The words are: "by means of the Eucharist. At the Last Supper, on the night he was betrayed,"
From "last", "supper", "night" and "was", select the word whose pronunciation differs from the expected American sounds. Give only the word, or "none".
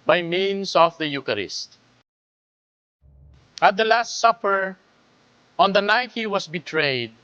was